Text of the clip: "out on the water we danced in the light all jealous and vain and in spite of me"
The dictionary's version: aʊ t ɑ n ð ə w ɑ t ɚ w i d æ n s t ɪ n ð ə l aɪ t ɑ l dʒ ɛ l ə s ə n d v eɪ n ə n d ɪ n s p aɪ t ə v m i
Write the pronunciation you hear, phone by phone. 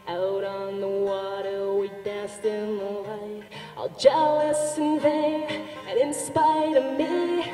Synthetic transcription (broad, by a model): aʊ t n ð ə w ɑ t ɚ w i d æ n s t ɪ n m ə l aɪ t ɑ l dʒ ɛ l ə s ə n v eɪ ə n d ɪ n s p aɪ t ə v m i